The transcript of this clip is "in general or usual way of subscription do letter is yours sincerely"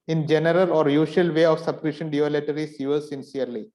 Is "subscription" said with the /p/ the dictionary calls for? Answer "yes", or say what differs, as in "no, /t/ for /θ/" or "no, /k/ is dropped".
no, /p/ is dropped